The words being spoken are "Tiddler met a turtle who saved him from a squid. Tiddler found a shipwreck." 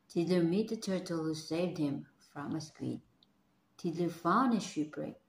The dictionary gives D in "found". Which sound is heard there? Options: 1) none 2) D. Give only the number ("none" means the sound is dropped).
1